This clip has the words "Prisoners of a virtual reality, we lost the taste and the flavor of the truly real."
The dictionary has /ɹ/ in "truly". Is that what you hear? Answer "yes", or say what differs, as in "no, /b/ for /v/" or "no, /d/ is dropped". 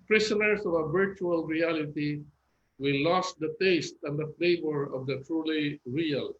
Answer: yes